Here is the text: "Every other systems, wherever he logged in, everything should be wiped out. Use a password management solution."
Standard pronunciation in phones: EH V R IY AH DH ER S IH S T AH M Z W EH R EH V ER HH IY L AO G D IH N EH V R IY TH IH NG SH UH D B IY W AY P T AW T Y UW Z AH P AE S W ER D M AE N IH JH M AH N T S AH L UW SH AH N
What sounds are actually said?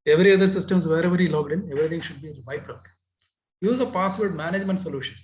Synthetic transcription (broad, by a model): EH V R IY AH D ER S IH S T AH M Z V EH R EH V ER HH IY L AO G D IH N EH V R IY T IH NG SH UH D B IY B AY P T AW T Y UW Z AH P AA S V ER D M AE N IH JH M AH N T S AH L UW SH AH N